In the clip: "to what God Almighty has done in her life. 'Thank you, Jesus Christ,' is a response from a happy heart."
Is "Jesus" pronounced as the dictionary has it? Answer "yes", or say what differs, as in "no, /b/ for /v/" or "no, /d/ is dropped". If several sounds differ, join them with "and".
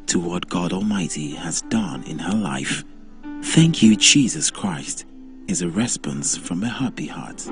yes